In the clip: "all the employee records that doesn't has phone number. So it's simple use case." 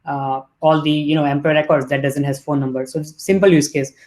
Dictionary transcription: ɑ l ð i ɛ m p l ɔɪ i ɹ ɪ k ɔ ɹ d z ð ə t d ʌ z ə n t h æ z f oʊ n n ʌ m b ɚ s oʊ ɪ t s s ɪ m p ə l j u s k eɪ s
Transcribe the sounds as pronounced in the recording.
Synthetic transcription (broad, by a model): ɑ l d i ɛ m p ɔɪ ɹ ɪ k ɔ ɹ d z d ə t d ʌ z ə n t h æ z f oʊ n n ʌ m b ɚ s oʊ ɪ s s ɪ m p ə l j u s k eɪ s